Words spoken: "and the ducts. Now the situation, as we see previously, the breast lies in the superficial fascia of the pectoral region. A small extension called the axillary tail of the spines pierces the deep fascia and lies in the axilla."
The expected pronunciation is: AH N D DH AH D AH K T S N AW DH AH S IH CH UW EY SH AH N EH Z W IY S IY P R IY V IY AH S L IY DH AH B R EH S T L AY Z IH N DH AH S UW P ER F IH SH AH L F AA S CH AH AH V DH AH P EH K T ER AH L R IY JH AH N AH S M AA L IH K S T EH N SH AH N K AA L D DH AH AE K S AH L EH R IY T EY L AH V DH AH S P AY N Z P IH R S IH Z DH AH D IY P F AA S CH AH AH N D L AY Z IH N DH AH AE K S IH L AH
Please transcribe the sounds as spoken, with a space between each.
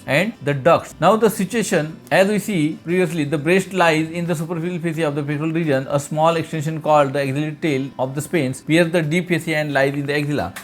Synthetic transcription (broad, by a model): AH N D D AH D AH K S N AW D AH S IH CH UW EY SH AH N EH Z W IY S IY P R IY V IY AH S L IY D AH B R EH S T L AY Z IH N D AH S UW P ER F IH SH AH L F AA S AH AH V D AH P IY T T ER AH L R IY JH AH N AH S M AA L IH K S T EH N SH AH N K AA L D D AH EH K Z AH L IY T T EY L AH V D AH S P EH N S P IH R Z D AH D IY P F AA S AH AH N D L AY Z IH N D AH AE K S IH L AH